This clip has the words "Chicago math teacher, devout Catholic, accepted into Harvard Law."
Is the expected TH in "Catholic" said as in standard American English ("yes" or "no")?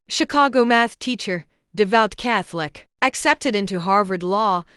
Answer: yes